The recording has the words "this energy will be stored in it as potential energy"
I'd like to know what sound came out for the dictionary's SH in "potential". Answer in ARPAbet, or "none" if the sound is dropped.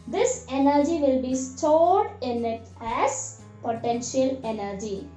SH